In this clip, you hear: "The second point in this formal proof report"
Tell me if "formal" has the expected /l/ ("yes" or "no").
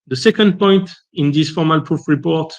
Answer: yes